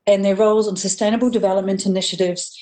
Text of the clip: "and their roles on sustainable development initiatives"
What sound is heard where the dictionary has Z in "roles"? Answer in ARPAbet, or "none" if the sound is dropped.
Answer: Z